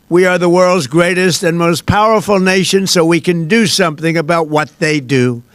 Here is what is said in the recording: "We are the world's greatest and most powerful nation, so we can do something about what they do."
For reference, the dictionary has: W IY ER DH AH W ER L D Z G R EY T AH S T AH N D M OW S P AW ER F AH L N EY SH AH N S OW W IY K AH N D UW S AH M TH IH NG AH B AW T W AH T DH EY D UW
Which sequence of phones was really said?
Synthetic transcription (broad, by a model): W IY ER DH AH W ER L D Z G R EY T AH S T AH N M OW S P AW ER F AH L N EY SH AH N S OW W IY K AH N D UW S AH M TH IH NG AH B AW T W AH T DH EY D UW